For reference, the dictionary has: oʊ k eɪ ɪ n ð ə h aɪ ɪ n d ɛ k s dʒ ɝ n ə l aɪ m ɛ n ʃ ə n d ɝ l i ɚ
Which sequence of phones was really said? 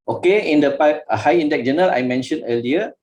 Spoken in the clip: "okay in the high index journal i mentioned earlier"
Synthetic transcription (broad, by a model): oʊ k eɪ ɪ n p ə h aɪ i n d ɛ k dʒ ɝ n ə l aɪ m ɛ n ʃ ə n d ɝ l i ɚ